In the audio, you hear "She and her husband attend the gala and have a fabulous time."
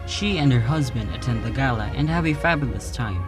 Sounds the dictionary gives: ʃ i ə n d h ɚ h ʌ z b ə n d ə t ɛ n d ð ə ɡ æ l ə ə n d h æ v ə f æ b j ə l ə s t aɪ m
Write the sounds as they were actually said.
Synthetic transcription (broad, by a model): ʃ i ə n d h ɚ h ʌ z b ə n d ə t ɛ n d ð ə ɡ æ l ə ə n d h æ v ə f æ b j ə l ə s t aɪ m